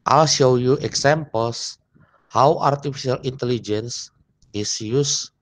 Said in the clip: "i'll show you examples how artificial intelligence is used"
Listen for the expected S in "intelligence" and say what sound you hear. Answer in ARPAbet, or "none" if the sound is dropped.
S